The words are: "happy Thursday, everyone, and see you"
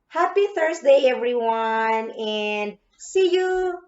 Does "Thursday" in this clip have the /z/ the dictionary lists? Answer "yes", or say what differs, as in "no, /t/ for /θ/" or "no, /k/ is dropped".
no, /s/ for /z/